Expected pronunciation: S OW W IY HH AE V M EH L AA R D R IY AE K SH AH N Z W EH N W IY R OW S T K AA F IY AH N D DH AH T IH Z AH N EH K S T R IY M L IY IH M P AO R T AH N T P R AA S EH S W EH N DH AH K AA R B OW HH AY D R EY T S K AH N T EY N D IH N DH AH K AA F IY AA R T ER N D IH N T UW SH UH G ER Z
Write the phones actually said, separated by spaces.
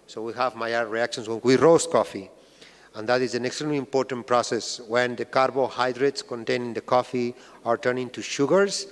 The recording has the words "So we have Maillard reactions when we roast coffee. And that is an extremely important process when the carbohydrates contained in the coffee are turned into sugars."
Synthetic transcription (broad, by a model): S OW W IY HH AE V M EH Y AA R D R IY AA K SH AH N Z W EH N W IY R OW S K AA F IY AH N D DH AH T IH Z AH N EH K S T R IY M L IY M P AO R T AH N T P R AA S EH S W EH N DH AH K AA R B OW HH AY D R EY T S K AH N T EY N IH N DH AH K AA F IY AA R T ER N IH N T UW SH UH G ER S